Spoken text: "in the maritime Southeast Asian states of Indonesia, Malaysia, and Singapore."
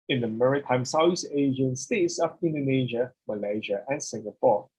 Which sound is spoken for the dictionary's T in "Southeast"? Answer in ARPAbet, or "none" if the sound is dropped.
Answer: none